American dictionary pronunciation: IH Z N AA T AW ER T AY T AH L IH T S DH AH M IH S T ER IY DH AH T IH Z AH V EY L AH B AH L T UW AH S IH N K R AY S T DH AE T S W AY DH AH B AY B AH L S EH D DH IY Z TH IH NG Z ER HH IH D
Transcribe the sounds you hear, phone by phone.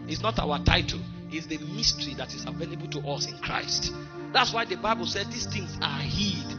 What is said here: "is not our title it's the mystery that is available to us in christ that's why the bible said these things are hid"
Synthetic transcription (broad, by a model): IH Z N AA T AW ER T AY T AH L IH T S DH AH M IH S T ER IY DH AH T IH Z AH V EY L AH B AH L T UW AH S IH N K R AY S T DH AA T S W AY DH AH B AY B AH L S EH D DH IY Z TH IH NG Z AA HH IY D